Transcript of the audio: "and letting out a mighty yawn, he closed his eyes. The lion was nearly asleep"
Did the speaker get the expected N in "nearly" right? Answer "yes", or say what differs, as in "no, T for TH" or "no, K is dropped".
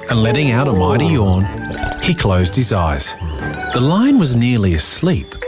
yes